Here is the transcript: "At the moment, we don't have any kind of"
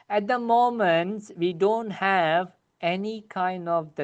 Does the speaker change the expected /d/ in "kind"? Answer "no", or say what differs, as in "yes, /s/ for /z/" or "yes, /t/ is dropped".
no